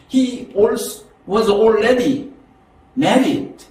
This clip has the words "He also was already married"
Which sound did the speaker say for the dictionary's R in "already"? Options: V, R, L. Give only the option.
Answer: L